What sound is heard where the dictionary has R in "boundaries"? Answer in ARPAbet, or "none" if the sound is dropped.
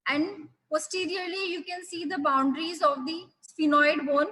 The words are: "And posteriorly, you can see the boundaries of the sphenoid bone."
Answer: R